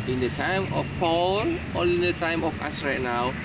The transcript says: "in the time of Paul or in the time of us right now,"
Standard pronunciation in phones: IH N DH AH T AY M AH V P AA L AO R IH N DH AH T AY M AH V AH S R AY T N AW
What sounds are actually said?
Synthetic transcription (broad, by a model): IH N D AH T AY M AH F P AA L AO L IH N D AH T AY M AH F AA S R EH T N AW